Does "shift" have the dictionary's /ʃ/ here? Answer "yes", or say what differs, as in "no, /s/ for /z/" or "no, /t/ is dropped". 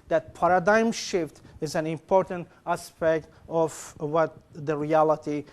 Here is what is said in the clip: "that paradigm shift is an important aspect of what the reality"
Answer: yes